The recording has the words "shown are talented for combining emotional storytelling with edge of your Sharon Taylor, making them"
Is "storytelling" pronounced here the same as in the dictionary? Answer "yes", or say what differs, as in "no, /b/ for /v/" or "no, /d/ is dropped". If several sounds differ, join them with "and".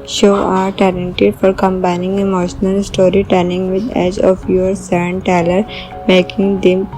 no, /n/ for /l/